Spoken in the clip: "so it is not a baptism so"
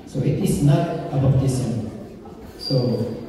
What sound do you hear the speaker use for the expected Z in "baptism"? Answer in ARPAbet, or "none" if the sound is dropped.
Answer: S